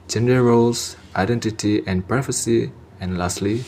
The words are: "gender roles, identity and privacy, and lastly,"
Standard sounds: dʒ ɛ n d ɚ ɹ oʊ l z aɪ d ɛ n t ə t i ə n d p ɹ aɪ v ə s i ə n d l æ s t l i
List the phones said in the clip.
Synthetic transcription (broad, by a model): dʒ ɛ n d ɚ ɹ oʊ l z aɪ d ɛ n t ə t i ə n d p ɹ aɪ f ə s i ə n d l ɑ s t l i